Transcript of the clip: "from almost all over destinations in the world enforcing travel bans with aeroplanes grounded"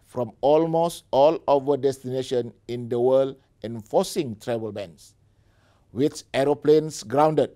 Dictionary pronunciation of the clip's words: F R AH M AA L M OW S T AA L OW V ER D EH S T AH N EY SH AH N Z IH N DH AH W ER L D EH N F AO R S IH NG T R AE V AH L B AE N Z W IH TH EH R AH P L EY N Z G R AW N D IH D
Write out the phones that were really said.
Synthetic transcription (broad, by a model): F R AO M AA L M OW S T AA L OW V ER D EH S T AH N EY SH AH N IH N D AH W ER L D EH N F AO S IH NG T R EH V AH L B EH N S W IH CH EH R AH P L EY N S G R AW N D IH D